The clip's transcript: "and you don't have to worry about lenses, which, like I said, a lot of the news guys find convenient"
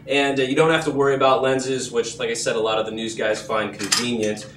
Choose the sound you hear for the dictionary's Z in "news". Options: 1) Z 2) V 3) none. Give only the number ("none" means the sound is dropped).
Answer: 1